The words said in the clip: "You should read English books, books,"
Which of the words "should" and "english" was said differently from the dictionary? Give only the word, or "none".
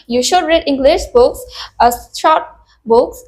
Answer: none